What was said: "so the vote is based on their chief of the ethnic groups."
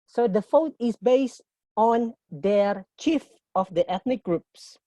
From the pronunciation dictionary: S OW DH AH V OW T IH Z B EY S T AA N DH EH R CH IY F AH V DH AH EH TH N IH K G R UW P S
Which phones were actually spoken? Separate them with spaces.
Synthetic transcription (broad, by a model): S OW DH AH F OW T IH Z B EY S T AA N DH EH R CH IY F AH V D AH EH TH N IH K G R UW P S